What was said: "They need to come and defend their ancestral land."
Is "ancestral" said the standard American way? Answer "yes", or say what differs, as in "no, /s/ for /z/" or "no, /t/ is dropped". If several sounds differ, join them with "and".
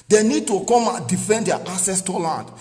no, /n/ is dropped and /ɹ/ is dropped